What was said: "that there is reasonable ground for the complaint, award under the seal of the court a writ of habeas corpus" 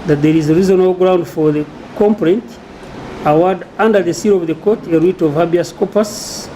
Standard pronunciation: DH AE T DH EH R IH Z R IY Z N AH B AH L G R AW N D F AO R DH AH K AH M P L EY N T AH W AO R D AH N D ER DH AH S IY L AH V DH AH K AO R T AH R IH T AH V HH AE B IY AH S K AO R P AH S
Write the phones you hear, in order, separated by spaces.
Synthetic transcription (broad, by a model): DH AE T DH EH R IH Z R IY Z AH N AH L G R AW N D F AO R DH AH K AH M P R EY N T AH W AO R D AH N D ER DH AH S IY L AH V DH AH K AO T AH R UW T AH V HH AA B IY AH S K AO P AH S